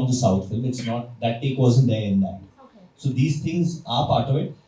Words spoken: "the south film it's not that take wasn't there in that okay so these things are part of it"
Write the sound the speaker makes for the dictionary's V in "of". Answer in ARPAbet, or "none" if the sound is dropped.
V